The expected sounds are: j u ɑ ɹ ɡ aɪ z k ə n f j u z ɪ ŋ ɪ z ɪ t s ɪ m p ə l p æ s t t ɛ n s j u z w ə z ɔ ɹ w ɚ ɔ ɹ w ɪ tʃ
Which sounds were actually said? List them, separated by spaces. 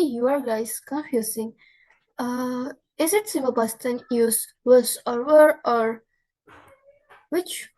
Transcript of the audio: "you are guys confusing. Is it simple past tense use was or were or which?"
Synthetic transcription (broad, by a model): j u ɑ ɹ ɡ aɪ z k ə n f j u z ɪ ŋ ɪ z ɪ t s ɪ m ə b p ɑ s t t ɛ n j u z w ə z ɔ ɹ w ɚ ɔ ɹ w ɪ tʃ